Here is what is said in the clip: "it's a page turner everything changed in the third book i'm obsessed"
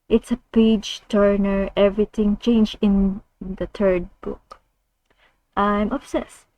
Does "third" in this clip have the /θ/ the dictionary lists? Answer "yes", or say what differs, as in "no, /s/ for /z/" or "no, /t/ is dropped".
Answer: no, /t/ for /θ/